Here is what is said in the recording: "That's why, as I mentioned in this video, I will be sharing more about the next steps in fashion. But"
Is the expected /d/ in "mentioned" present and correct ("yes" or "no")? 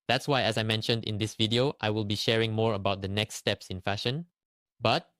yes